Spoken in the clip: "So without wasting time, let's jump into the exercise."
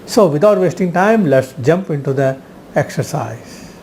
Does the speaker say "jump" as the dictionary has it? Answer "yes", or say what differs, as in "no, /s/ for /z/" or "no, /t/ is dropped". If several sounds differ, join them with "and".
yes